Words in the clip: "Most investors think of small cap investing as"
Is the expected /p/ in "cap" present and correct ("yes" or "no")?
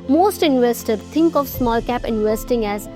yes